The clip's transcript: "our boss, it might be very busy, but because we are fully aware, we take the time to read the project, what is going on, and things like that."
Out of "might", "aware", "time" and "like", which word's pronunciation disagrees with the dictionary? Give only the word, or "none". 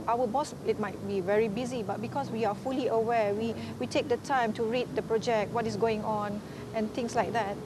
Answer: aware